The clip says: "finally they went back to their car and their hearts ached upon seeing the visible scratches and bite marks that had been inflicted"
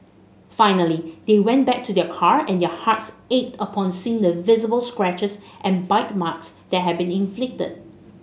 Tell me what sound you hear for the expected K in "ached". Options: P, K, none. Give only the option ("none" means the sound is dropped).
none